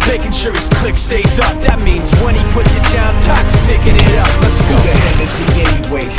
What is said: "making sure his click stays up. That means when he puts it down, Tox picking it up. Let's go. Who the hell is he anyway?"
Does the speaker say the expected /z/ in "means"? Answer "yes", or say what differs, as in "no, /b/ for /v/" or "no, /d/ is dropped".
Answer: yes